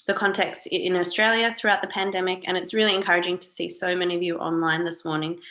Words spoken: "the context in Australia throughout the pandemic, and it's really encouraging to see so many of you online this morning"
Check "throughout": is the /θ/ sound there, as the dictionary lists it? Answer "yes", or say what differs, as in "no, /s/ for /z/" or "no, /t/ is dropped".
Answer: yes